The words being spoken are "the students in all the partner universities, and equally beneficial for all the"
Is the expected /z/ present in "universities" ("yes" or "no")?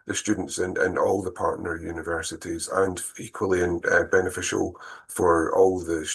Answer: yes